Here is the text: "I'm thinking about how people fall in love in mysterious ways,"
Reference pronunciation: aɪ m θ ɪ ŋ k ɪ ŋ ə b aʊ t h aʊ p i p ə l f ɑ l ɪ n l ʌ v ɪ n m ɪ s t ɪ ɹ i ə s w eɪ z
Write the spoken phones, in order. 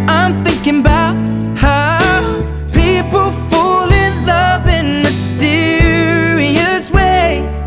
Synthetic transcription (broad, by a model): aɪ m θ ɪ ŋ k ɪ ŋ ə b aʊ t h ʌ p i p l f ɑ l ɪ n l ʌ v ɪ n m ɪ s t ɪ ɹ i ə s w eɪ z